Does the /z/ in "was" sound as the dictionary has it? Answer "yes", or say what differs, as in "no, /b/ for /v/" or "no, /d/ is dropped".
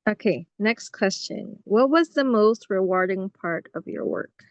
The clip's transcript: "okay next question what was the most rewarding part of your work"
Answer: yes